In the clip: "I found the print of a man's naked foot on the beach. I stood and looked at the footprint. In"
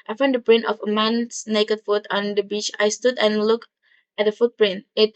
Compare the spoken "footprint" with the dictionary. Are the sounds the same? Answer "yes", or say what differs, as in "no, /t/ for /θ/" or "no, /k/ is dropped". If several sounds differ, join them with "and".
yes